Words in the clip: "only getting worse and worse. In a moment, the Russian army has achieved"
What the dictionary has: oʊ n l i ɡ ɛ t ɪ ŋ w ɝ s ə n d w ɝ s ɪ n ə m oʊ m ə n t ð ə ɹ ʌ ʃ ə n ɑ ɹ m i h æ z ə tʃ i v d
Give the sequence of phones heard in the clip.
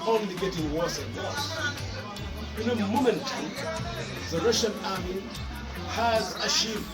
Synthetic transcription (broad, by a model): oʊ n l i ɡ ɛ t ɪ ŋ w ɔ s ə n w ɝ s ɪ n ə m oʊ m ə n t ð ə ɹ ʌ ʃ ə n ɑ ɹ m i h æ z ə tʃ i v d